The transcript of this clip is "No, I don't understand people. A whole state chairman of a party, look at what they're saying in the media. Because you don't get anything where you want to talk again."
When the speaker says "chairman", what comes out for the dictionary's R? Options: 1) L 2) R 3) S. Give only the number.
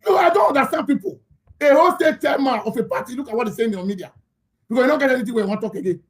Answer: 1